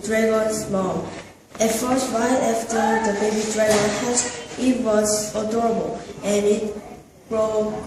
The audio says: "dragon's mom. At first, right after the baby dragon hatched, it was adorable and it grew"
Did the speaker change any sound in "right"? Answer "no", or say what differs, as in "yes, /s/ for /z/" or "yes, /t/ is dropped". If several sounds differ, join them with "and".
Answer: yes, /t/ is dropped